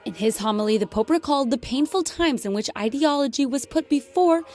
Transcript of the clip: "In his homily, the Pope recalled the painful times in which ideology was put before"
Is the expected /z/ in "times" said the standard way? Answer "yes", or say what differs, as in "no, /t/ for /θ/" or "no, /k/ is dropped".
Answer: yes